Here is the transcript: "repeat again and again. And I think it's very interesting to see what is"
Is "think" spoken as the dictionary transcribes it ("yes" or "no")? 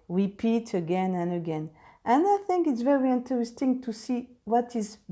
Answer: yes